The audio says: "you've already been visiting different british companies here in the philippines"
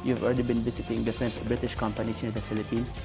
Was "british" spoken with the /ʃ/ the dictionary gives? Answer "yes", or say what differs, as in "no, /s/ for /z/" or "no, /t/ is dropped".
yes